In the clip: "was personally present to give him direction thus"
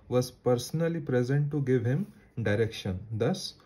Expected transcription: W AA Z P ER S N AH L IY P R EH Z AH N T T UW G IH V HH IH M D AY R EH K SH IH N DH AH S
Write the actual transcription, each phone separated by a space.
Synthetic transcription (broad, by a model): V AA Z P ER S N AH L IY P R EH Z AH N T T UW G IH V HH IH M D AY R EH K SH IH N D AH S